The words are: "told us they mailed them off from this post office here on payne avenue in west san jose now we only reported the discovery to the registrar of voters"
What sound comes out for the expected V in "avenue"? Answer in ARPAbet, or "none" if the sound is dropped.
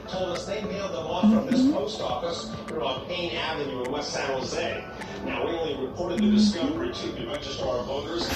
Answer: V